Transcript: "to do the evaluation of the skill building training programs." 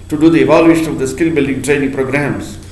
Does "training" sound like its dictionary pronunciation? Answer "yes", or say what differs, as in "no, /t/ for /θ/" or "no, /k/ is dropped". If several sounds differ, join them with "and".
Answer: yes